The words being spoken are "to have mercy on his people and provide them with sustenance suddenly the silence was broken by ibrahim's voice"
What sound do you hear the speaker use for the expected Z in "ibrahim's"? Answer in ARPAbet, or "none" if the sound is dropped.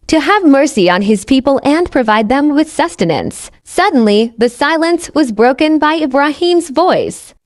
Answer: Z